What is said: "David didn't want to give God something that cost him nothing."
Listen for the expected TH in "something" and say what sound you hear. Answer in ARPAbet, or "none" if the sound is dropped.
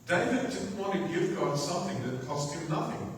TH